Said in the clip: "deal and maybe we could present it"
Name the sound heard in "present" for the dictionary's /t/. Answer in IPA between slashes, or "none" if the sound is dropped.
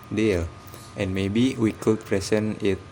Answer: none